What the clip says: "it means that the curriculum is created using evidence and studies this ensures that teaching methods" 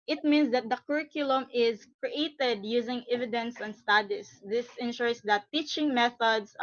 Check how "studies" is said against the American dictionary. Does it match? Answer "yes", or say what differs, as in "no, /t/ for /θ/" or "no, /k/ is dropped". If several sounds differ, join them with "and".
no, /s/ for /z/